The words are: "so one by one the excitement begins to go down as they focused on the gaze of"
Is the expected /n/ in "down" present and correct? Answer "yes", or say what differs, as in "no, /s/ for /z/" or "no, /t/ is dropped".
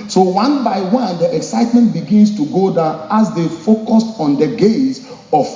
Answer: no, /n/ is dropped